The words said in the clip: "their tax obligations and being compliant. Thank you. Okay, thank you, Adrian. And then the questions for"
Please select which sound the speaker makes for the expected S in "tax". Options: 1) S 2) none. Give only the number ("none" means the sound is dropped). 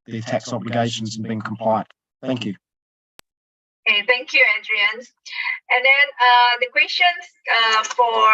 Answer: 1